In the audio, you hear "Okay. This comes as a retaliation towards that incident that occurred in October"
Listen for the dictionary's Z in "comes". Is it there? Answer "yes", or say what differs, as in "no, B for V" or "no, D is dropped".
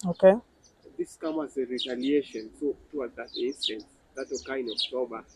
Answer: no, Z is dropped